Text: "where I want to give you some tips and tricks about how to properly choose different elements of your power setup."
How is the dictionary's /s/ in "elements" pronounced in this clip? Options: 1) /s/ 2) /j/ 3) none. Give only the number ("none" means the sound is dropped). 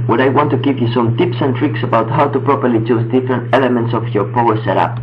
1